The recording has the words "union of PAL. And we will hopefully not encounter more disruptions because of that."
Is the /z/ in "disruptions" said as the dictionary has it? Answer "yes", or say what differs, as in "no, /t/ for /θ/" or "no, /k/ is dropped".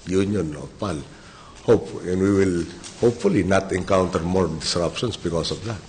no, /s/ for /z/